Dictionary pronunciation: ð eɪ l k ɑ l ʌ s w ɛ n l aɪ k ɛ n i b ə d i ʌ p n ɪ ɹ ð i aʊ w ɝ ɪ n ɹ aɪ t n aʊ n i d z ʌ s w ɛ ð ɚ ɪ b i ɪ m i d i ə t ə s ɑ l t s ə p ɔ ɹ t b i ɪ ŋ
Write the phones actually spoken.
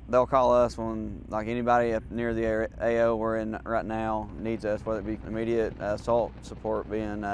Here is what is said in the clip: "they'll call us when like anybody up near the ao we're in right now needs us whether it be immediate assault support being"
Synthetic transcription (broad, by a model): ð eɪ l k ɑ l ʌ s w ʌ n l aɪ k ɛ n i b ə d i ʌ p n ɪ ɹ ð i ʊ w ɝ ɪ n ɹ aɪ t n aʊ n i d z ʌ s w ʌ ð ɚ ɪ b i ɪ m i d i ə t ə s ɑ l t s ə p ɔ ɹ t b i ɪ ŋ